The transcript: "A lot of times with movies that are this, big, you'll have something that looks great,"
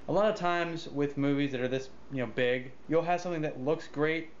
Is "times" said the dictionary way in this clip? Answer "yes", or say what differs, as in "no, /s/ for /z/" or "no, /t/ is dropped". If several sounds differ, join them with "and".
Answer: yes